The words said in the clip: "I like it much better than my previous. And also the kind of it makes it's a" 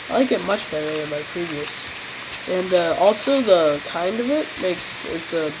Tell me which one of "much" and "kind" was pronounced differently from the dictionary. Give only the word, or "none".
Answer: none